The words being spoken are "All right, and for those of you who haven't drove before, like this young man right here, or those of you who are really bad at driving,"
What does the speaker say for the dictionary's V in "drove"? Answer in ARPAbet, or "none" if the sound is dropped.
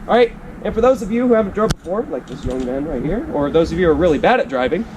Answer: B